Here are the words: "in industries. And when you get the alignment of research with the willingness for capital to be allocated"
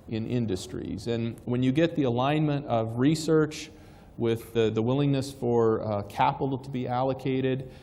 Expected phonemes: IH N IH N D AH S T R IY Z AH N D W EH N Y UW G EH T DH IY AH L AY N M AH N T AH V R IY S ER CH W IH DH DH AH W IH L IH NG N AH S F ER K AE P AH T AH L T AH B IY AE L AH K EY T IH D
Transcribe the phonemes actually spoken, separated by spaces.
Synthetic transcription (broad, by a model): IH N IH N D AH S T R IY Z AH N W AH N Y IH G EH T DH IY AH L AY N M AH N T AH V R IY S ER CH W IH DH DH AH W IH L IH NG N AH S F ER K AE P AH T L T AH B IY AE L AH K EY T IH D